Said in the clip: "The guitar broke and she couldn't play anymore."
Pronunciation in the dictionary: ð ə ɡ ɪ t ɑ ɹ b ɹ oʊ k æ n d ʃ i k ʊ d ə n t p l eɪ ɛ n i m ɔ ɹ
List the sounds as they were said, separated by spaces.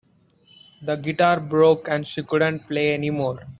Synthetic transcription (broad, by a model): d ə ɡ ɪ t ɑ ɹ b ɹ oʊ k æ n d ʃ i k ʊ d ə n t p l eɪ ɛ n i m ɔ ɹ